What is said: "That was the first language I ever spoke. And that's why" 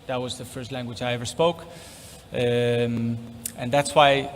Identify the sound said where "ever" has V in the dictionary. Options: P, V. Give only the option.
V